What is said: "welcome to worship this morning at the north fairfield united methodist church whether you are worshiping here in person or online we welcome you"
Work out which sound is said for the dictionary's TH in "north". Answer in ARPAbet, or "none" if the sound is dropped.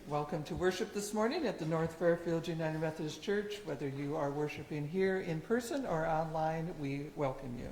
TH